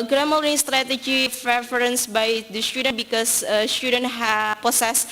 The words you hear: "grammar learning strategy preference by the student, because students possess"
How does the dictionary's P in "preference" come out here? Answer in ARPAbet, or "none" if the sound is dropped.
F